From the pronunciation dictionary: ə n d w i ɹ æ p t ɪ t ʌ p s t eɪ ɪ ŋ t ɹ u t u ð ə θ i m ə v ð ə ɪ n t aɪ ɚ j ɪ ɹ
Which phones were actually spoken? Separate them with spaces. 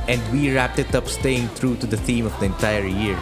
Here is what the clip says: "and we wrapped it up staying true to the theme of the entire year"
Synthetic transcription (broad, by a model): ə n d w i ɹ æ p t ɪ t ʌ p s t eɪ ɪ ŋ t ɹ u t u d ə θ i m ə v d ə ɪ n t aɪ ɚ j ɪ ɹ